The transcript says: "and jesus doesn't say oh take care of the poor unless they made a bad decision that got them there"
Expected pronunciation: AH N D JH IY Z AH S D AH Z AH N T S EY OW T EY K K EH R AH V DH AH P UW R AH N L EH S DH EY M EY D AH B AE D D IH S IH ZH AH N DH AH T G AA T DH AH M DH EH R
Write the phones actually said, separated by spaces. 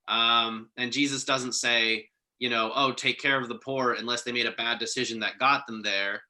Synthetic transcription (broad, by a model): AH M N JH IY Z AH S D AH Z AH N T S EY OW T EY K K EH R AH V DH AH P UW R AH N L EH S DH EY M EY D AH B AE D D IH S IH ZH AH N DH AH T G AA T DH AH M DH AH R